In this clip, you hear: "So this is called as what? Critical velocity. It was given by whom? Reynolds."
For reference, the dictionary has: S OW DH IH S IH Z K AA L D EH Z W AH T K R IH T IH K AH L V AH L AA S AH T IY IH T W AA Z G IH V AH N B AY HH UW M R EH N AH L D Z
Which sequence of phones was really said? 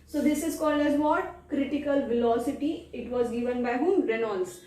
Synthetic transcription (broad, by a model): S OW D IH S IH Z K AA L D EH Z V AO T K R IH T IH K AH L V AH L AA S AH T IY IH T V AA Z G IH V AH N B AY HH UW M R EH N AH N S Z